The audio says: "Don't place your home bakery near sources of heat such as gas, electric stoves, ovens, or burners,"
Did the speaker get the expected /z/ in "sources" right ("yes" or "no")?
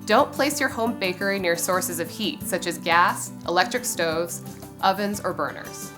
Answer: yes